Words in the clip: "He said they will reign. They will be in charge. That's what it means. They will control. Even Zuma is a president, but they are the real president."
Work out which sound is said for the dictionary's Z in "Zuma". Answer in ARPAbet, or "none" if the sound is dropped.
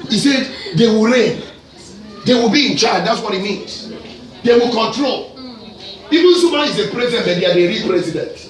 S